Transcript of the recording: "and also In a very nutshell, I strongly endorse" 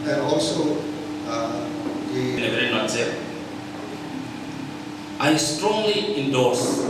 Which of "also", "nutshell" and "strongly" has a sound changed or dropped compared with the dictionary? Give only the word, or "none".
nutshell